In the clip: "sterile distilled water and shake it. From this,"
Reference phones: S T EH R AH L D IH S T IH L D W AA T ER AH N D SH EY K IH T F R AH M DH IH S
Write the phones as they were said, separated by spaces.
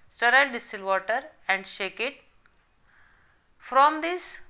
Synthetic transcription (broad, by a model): S T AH R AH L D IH S T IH L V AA T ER AH N D SH EY K IH T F R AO M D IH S